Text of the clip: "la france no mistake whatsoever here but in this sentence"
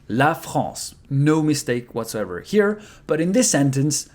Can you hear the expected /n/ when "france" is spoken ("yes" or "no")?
no